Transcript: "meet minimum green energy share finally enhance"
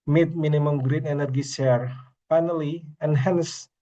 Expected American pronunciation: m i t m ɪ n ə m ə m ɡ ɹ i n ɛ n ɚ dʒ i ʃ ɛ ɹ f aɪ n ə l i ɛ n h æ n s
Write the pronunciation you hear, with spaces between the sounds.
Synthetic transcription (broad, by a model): m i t m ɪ n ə m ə m ɡ ɹ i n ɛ n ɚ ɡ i s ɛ ɹ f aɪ n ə l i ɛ n h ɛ n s